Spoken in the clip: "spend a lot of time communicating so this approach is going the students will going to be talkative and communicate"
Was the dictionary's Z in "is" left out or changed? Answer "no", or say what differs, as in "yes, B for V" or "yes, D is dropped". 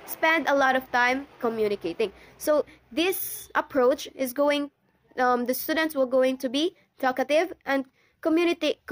no